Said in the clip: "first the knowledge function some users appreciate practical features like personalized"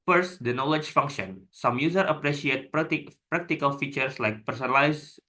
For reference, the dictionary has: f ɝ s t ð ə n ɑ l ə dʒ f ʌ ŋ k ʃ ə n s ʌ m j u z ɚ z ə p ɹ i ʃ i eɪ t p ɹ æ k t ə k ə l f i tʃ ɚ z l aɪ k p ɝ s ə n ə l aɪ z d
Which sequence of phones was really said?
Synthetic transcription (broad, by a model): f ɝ s t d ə n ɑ l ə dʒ f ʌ ŋ k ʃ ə n s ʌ m j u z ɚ ə p ɹ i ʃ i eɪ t p ɹ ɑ k t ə k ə l f i tʃ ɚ s l aɪ k p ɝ s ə n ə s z